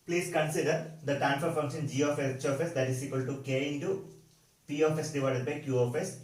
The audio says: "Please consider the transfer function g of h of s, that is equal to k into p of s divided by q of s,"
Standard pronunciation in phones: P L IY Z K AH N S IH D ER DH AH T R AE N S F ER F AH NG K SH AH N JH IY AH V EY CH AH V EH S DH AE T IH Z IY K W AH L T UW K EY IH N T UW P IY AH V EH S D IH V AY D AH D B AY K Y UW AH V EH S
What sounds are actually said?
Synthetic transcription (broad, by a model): P L IY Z K AH N S IH D ER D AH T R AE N F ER F AH NG K SH AH N JH IY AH F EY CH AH F EH S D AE T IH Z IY K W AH L T UW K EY IH N T UW P IY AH F EH S D IH V AY D AH D B AY K Y UW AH F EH S